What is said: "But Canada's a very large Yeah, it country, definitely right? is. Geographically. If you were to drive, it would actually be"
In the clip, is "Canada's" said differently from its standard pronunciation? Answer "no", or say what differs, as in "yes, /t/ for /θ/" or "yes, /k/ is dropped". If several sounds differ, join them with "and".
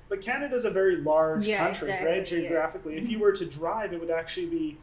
no